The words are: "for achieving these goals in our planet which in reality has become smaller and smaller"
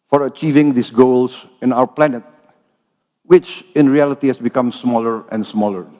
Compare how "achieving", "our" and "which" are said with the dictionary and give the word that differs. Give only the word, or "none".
none